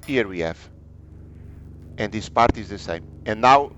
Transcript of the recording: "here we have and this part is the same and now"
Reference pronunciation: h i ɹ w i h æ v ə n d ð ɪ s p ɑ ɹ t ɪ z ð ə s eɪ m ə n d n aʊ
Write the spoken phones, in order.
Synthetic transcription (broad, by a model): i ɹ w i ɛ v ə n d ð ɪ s p ɑ ɹ t ɪ z ð ə s eɪ m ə n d n aʊ